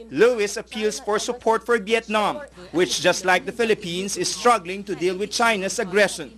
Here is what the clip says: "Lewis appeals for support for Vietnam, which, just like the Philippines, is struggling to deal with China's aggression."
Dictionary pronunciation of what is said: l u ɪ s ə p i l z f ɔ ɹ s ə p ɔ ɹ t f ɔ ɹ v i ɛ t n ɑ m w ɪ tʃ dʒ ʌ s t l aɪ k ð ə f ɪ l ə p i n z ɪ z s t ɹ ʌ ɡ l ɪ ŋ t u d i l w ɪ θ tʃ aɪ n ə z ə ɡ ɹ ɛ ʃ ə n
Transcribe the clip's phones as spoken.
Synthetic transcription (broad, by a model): l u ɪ s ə p i l s f ɔ ɹ s ə p ɔ ɹ t f ɔ ɹ v i ɛ t n ɑ m w ɪ tʃ dʒ ʌ s t l aɪ k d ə f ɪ l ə p i n s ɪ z s t ɹ ʌ ɡ l ɪ ŋ t u d i l w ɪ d tʃ aɪ n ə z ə ɡ ɹ ɛ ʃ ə n